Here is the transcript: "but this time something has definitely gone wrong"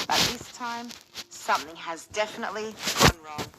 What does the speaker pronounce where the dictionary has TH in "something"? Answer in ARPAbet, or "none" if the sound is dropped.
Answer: TH